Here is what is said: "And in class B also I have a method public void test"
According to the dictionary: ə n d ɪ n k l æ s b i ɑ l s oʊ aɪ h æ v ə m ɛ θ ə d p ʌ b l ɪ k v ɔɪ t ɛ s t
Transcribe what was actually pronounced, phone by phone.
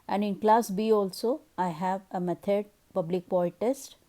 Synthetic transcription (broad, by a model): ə n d ɪ n k l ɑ s b i ɑ l s oʊ aɪ h æ v ə m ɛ t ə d p ʌ b l ɪ k p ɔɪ t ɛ s t